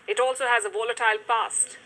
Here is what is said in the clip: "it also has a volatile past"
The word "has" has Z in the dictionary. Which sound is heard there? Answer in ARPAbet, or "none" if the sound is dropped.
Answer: Z